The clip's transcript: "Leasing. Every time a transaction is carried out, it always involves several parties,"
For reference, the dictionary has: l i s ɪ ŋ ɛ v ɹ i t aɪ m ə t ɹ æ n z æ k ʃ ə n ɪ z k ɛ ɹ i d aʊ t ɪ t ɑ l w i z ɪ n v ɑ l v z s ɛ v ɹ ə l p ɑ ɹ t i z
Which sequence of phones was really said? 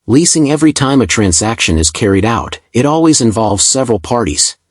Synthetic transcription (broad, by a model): l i s ɪ ŋ ɛ v ɹ i t aɪ m ə t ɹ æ n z æ k ʃ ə n ɪ z k ɛ ɹ i d aʊ t ɪ t ɑ l w i z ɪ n v ɑ l v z s ɛ v ɹ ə l p ɑ ɹ t i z